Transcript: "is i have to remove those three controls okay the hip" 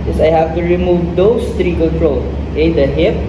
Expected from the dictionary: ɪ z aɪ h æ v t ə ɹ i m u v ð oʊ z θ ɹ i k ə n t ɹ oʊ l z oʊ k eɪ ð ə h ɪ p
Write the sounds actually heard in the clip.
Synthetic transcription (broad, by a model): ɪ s aɪ h æ v t ə ɹ i m u v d oʊ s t ɹ i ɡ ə l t ɹ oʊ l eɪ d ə h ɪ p